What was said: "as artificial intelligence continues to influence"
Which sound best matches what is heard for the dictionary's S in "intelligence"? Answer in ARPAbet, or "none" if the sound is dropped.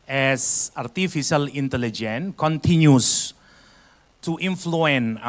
none